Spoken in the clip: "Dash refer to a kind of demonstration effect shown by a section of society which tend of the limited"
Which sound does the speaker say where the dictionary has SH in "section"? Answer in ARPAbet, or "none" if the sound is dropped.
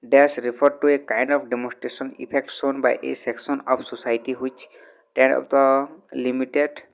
S